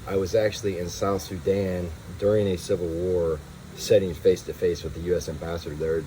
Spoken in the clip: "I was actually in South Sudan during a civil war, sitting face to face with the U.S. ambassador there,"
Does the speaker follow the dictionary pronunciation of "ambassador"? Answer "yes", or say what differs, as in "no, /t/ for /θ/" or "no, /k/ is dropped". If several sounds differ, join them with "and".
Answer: yes